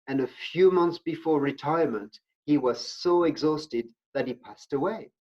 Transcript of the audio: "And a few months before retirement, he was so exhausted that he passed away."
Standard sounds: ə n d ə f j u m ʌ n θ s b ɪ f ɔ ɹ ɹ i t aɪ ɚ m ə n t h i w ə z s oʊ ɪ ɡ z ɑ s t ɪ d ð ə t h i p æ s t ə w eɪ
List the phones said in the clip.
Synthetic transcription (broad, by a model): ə n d ə f j u m ʌ n θ s b ɪ f ɔ ɹ ɹ i t aɪ ɚ m ə n t h i w ə z s oʊ ɪ ɡ z ɑ s t ɪ d ð ə t h i p æ s t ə w eɪ